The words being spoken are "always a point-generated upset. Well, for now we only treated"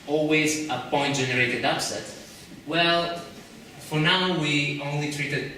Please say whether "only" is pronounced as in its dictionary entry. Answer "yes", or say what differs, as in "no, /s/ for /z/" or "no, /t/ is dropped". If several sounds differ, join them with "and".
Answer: yes